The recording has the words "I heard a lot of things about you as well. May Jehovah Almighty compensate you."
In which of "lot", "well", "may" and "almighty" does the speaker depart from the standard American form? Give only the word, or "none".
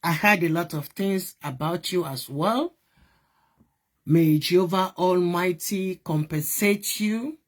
none